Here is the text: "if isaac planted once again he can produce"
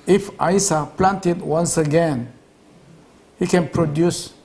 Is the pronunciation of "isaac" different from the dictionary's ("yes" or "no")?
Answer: yes